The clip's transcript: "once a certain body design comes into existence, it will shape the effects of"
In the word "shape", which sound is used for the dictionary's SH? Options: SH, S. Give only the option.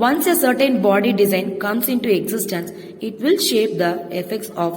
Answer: SH